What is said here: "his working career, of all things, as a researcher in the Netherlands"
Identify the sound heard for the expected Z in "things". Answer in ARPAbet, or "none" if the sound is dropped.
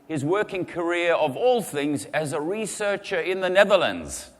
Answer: Z